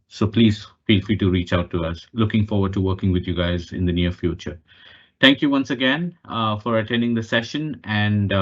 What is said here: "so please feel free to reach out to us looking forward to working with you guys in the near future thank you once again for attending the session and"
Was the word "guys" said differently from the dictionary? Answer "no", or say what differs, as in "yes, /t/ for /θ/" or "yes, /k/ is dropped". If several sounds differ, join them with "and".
no